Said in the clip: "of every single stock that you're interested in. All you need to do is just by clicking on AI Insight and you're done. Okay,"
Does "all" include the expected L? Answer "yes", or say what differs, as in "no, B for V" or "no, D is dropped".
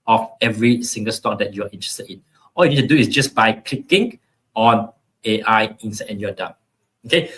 yes